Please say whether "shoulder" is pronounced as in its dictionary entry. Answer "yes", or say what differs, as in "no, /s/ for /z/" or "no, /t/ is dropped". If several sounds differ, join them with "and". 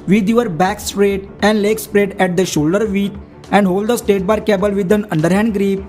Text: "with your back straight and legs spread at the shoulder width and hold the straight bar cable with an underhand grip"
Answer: yes